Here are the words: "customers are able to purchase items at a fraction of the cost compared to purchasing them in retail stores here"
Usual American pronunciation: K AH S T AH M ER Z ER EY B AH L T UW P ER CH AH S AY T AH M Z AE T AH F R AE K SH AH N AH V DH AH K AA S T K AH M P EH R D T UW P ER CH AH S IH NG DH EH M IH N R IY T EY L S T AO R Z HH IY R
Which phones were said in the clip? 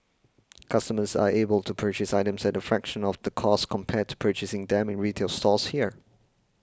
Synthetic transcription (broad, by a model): K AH S T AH M ER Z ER EY B AH L T UW P ER CH AH S AY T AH M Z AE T AH F R AE K SH AH N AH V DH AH K AA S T K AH M P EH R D T UW P ER CH AH S IH NG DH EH M IH N R IY T EY L S T AO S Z HH IY R